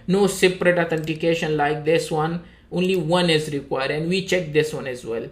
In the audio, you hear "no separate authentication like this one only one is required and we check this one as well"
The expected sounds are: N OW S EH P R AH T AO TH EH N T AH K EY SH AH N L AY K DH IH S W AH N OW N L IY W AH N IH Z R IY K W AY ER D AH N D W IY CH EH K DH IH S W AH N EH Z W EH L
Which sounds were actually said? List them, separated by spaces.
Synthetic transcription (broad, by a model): N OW S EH P R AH T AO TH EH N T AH K EY SH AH N L AY K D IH S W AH N OW N L IY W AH N IH Z R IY K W AY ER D AH N D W IY CH EH K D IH S W AH N EH Z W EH L